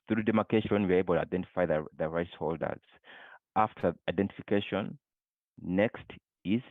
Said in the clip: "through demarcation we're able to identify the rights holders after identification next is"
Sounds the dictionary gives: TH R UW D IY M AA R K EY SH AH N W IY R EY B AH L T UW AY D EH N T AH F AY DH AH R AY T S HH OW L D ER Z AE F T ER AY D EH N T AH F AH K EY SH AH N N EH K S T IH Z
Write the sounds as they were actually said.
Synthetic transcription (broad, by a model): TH R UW D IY M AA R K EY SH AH N W IY R EY B AH L T UW AY D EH N T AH F AY DH AH R AY T S HH OW L D ER Z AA F T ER AY D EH N T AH F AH K EY SH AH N N EH K S T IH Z